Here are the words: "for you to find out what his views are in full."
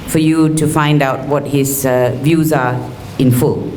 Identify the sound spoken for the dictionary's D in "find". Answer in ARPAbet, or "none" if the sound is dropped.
D